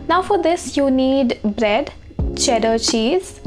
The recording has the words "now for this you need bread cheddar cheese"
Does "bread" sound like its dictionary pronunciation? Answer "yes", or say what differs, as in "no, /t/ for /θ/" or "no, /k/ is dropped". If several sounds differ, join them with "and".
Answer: yes